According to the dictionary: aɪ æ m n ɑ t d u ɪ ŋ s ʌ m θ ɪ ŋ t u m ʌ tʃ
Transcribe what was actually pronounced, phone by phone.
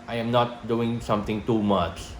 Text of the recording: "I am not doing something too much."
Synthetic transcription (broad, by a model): aɪ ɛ m n ɑ t d u ɪ ŋ s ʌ m t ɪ ŋ t u m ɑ tʃ